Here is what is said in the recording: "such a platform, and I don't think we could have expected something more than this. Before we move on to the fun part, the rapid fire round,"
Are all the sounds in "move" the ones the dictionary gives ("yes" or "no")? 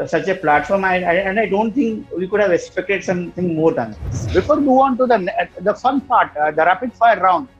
no